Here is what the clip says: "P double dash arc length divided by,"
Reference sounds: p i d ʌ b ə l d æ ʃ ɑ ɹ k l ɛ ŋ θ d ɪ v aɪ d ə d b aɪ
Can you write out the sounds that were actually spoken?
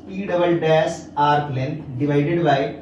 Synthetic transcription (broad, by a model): p i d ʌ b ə l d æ s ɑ ɹ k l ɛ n d ɪ v aɪ d ə d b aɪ